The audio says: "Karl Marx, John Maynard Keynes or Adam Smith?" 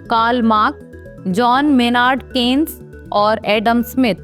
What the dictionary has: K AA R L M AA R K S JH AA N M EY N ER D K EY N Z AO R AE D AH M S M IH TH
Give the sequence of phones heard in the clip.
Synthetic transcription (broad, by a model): K AA L M AA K JH AA N M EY N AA D K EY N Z AO R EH D AH M S M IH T